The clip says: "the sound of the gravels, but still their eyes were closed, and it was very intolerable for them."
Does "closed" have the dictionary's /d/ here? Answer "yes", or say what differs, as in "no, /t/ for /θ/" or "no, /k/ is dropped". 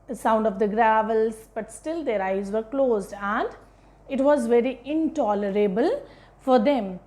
yes